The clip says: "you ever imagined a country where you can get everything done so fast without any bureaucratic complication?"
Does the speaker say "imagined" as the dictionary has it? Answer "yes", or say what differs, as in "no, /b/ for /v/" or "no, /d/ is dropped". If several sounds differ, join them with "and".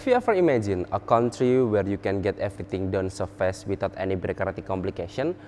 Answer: no, /d/ is dropped